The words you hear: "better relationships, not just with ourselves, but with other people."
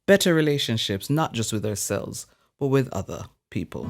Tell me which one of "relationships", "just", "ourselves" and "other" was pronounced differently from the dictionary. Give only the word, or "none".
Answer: none